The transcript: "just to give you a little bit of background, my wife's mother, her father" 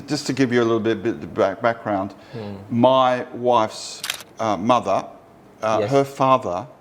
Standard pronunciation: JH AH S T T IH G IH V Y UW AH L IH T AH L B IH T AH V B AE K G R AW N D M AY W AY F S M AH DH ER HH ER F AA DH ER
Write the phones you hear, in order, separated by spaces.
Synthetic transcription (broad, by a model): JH AH S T T IH G IH V Y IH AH L IH T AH B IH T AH B B AE K G R AW N D M AY W AY F S M AH DH ER HH ER F AA DH ER